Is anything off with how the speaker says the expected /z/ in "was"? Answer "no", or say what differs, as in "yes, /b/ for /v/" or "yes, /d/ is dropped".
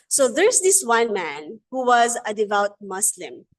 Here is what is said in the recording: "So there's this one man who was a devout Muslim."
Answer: no